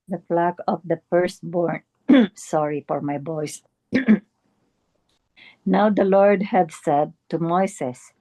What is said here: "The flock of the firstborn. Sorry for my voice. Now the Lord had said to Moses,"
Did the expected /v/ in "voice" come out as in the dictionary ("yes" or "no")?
no